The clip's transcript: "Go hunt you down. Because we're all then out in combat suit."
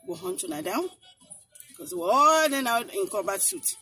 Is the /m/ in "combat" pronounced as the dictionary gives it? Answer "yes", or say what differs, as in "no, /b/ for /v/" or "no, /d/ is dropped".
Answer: no, /m/ is dropped